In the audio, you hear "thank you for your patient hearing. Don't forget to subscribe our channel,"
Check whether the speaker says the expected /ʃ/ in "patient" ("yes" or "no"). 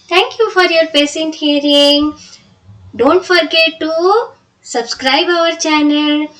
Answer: no